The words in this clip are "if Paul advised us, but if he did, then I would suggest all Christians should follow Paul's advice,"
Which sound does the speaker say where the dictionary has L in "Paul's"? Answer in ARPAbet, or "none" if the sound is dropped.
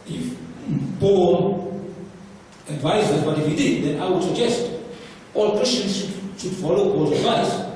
none